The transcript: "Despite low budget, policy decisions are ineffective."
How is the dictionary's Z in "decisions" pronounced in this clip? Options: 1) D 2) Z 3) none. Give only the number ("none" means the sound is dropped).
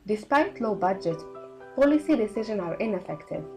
3